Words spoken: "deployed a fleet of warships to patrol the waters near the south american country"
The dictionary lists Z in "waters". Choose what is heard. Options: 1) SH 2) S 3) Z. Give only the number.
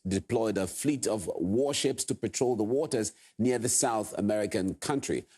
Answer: 3